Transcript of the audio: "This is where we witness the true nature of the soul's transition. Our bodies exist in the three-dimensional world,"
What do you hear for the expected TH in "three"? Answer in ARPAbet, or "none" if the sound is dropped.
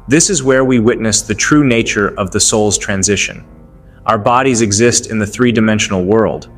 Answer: TH